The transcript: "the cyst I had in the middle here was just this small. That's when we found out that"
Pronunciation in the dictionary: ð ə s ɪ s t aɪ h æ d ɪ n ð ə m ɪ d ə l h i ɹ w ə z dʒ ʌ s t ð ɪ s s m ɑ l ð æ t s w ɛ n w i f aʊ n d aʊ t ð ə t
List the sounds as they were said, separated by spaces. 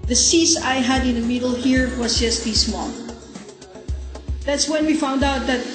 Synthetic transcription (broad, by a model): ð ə s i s aɪ h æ d ɪ n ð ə m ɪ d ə l h i ɹ w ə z dʒ ʌ s t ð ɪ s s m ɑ n ð æ t s w ɛ n w i f aʊ n d aʊ t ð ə t